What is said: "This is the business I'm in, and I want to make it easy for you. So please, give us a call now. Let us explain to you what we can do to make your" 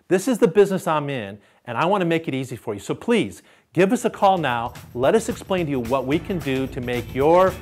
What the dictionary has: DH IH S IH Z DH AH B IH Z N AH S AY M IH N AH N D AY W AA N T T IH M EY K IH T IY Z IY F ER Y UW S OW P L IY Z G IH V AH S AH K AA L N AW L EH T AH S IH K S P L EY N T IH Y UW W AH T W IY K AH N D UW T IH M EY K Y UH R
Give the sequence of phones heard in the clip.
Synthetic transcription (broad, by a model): DH IH S IH Z DH AH B IH Z N AH S AY M IH N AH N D AY W AA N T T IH M EY K IH T IY Z IY F ER Y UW S OW P L IY Z G IH V AH S AH K AA L N AW L EH T AH S IH K S P L EY N T IH Y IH W AH T W IY K AH N D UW T IH M EY K Y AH R